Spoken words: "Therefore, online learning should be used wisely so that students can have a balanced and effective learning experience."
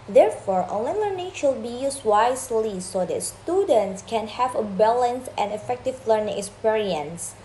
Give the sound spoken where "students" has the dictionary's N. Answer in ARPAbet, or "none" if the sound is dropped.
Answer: N